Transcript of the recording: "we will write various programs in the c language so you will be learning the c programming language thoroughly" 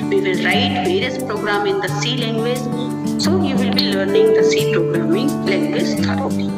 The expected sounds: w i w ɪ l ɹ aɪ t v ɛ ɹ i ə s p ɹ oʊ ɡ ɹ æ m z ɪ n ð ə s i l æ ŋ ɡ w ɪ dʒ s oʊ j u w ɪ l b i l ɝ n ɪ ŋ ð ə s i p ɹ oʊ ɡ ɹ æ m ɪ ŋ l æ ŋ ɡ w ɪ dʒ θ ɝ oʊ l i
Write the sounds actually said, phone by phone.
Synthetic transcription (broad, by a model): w i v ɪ l ɹ aɪ t v ɛ ɹ i ə s p ɹ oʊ ɡ ɹ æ m ɪ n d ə s i l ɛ ŋ ɡ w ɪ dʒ s oʊ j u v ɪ l b i l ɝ n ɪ ŋ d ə s i p ɹ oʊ ɡ ɹ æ m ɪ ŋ l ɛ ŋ ɡ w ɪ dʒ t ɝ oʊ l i